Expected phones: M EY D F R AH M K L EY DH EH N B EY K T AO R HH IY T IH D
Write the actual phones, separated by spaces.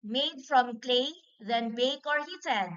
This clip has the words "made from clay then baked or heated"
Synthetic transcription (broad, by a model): M EY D F R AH M K L EY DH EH N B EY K AO R HH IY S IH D